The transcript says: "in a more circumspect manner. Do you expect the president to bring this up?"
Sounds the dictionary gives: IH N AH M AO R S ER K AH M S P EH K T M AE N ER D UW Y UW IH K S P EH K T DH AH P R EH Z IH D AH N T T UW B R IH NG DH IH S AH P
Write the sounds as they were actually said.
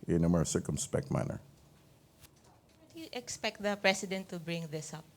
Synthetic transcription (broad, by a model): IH N AH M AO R S ER K AH M S P EH K T M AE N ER D UW Y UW IH K S P EH K T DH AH P R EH S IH D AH N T T UW B R IH NG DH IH S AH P